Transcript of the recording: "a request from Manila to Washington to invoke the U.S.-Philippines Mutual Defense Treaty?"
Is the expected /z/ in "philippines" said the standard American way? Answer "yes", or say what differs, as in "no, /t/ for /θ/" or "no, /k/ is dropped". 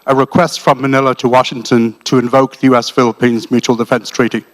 yes